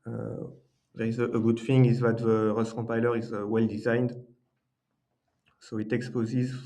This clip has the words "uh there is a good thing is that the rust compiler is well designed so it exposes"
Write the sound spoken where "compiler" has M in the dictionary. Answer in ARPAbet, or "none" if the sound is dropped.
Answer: none